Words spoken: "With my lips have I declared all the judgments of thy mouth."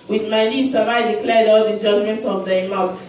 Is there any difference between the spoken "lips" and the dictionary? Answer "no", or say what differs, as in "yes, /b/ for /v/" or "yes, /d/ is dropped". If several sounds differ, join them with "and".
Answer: yes, /n/ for /l/